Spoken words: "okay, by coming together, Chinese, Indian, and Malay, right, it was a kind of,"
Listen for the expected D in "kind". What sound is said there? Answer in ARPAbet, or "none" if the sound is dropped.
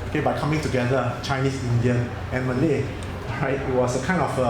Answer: none